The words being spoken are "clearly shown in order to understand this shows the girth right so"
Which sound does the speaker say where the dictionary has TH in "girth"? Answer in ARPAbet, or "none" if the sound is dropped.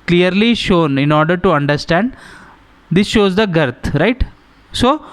T